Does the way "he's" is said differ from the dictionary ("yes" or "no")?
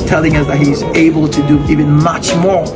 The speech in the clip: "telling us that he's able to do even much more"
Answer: no